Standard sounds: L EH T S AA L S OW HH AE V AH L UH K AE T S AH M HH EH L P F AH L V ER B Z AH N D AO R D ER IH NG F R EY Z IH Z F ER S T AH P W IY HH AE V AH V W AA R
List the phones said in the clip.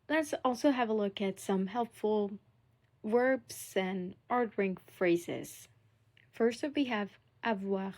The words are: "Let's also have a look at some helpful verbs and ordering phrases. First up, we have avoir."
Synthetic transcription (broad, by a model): L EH T S AA L S OW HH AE V AH L UH K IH T S AH M HH EH L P F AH L W ER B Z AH N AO R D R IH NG F R EY Z IH Z F ER S T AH F W IY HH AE V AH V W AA